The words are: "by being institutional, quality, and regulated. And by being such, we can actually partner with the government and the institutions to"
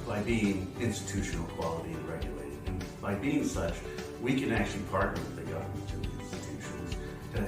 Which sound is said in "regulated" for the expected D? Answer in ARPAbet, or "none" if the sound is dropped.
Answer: none